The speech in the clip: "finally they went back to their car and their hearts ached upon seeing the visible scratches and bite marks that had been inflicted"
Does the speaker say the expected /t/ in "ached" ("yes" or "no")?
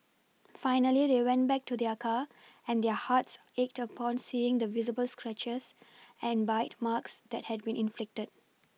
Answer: yes